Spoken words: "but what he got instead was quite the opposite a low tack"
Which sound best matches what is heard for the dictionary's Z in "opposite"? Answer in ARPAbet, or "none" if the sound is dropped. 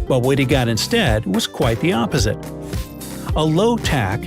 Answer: Z